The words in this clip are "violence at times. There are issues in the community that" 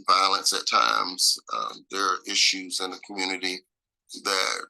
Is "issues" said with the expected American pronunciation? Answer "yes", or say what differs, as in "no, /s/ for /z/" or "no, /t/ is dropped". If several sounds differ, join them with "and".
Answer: yes